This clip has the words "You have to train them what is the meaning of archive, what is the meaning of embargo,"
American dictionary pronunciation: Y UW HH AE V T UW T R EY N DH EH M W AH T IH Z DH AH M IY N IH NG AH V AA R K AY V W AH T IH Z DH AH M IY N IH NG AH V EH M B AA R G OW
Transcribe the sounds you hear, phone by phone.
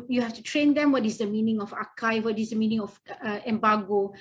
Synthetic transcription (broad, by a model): Y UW HH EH F T UW T R EY N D EH M W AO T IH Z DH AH M IY N IH NG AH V AA K AY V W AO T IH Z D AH M IY N IH NG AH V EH M B AA G OW